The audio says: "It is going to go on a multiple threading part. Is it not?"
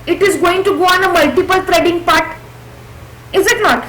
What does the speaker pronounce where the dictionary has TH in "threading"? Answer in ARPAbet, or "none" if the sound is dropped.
T